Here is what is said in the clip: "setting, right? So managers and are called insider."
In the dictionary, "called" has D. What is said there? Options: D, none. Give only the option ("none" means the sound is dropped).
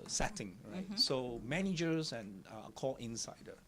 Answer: none